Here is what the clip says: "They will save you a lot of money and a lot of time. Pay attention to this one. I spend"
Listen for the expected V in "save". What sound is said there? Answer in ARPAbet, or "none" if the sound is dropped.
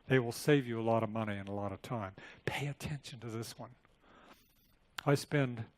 V